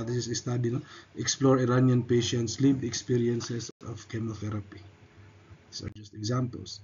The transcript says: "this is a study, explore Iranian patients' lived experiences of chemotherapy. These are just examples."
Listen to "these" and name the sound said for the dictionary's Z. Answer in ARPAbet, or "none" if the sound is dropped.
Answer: S